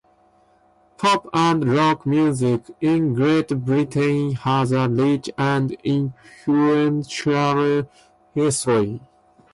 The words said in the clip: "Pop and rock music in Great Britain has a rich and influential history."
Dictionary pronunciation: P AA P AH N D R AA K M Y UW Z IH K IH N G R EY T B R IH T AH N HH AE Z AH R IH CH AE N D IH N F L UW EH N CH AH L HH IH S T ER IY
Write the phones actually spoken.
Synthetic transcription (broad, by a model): P AA P AH N D R AA K M Y UW Z IH K IH N G R EY T B R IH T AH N HH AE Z AH L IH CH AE N D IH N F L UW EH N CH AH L HH IH S T ER IY